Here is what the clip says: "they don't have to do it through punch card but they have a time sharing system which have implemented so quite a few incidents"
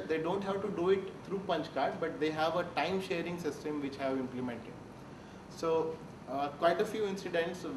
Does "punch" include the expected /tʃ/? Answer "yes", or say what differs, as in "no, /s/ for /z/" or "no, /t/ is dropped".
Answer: yes